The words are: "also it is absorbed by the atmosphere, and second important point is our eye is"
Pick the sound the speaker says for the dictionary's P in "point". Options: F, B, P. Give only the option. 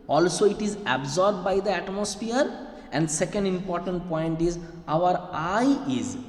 P